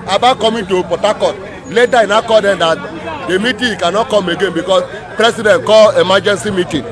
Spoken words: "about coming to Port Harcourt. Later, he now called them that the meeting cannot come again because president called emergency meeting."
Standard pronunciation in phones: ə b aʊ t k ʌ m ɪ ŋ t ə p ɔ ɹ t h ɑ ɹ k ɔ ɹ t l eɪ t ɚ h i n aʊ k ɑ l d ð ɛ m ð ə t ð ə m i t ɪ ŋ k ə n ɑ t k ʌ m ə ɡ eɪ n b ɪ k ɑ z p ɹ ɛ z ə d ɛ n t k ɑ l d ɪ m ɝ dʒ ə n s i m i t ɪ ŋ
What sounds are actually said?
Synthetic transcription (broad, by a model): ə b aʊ k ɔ m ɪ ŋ t ə p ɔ t ɑ k ɔ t l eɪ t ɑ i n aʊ k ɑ d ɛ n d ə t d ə m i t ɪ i k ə n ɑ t k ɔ m ə ɡ eɪ n b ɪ k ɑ s p ɹ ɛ s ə d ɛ n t k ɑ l ɪ m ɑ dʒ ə n s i m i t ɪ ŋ